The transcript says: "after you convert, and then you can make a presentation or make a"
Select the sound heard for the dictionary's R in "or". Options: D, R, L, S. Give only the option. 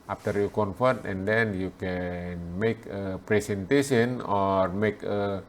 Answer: R